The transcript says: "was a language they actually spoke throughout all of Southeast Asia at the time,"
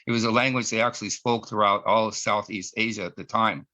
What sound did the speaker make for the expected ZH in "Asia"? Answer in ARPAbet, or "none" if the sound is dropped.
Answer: ZH